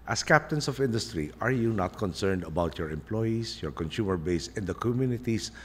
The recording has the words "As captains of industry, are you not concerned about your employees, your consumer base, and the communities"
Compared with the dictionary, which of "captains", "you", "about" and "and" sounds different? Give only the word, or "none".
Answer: captains